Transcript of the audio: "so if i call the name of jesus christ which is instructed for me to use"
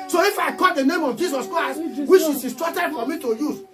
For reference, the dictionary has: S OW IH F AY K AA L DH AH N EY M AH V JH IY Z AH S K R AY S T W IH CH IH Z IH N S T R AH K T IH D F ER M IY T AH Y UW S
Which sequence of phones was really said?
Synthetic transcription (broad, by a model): S OW IH F AY K AA L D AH N EY M AH V JH IY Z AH S K R AY S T W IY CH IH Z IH S T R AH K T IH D F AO M IY T AH Y UW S